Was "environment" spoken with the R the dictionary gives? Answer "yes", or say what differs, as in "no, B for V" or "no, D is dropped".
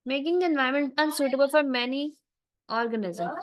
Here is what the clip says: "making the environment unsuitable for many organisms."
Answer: no, R is dropped